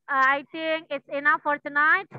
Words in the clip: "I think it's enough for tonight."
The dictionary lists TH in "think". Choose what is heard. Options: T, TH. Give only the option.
T